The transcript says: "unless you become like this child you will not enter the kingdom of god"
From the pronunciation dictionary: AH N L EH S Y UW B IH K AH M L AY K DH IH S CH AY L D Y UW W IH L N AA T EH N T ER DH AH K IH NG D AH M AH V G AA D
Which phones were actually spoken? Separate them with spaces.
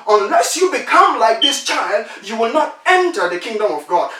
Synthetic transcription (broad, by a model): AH N L EH S Y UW B IH K AH M L AY K DH IH S CH AY L D Y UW W IH L N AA T EH N T ER DH AH K IH NG D AH M AH V G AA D